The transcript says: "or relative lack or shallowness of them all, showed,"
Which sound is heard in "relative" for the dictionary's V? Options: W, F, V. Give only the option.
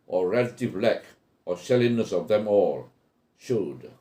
V